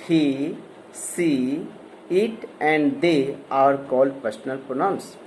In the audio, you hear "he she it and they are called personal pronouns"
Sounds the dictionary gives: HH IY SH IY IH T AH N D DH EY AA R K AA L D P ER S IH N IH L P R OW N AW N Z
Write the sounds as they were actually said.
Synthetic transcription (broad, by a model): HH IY S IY IH T AH N D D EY AA R K AA L D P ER S N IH L P R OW N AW N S